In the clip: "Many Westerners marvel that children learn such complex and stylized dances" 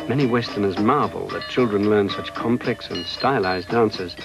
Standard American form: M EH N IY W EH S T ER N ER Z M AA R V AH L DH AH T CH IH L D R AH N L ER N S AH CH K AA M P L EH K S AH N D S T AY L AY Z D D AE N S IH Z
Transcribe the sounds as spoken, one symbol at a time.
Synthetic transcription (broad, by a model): M EH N IY W EH S T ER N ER Z M AA R V AH L DH AH T CH IH L D R AH N L ER N S AH CH K AA M P L EH K S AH N S T AY L AY Z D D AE N S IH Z